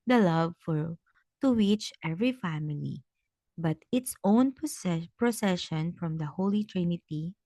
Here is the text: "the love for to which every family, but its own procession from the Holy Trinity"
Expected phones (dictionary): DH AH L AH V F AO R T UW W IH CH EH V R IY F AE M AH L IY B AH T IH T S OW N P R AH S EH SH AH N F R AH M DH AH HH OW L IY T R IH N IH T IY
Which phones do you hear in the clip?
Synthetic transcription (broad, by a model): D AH L AH V F AO R T UW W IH CH EH V R IY F AE M AH L IY B AH T IH T S OW N P R AH S EH SH AH N F R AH M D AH HH OW L IY T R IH N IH T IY